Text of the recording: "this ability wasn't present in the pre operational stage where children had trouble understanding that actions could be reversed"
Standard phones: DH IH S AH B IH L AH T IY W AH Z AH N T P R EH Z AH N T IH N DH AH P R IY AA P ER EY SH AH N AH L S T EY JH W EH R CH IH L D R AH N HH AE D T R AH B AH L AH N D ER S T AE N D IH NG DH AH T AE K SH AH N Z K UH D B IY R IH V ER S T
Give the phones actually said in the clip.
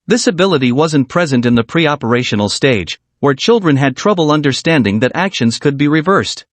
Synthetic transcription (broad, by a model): DH IH S AH B IH L AH T IY W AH Z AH N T P R EH Z AH N T IH N DH AH P R IY AA P ER EY SH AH N L S T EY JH W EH R CH IH L D R AH N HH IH D T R AH B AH L AH N D ER S T AE N D IH NG DH AH T AE K SH AH N Z K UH D B IY R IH V ER S T